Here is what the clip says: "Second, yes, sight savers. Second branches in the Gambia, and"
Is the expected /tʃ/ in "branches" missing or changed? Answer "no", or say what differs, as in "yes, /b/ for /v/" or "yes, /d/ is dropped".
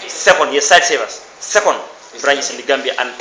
yes, /tʃ/ is dropped